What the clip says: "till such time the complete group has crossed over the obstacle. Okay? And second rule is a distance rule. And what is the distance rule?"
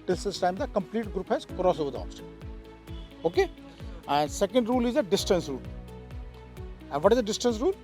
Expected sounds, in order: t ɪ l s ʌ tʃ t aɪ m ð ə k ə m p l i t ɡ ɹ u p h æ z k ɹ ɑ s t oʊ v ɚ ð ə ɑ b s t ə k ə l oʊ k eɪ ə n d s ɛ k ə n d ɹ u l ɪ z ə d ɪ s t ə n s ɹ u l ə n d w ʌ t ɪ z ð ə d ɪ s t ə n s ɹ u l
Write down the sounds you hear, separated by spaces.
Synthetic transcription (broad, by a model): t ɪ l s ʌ s t aɪ m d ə k ə m p l i t ɡ ɹ u p h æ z k ɹ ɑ s oʊ v ɚ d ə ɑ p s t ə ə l oʊ k eɪ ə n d s ɛ k ə n d ɹ u l ɪ z ə d ɪ s t ə n s ɹ u l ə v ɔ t ɪ z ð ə d ɪ s t ə n s ɹ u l